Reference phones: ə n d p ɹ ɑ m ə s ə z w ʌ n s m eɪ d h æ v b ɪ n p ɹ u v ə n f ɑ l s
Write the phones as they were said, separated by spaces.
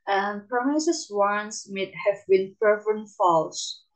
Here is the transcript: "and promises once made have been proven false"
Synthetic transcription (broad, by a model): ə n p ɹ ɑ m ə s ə s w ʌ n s m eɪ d h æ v b ɪ n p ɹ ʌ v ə n f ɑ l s